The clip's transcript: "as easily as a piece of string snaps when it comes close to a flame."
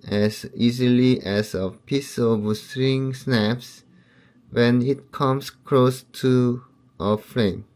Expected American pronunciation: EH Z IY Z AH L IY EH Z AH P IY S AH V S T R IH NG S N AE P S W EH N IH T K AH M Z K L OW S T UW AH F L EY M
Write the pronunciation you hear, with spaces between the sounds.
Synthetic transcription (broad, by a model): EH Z IY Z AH L IY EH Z AH P IY S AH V S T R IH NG S N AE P S W EH N IH T K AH M S K L OW S T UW AH F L EY M